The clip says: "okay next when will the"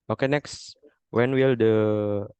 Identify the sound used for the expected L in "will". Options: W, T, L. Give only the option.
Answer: L